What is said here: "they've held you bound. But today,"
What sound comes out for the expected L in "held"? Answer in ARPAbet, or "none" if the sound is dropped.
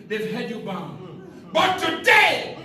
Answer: none